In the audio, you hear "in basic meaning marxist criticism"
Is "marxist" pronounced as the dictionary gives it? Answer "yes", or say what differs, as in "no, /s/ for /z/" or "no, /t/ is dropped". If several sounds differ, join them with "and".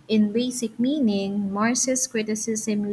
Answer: no, /k/ is dropped